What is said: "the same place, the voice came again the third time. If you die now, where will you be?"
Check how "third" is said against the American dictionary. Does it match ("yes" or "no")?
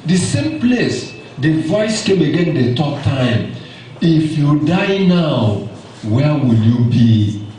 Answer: no